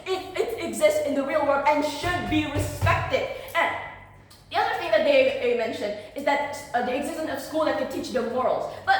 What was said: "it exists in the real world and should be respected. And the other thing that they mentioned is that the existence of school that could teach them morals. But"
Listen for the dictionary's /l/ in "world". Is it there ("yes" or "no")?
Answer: no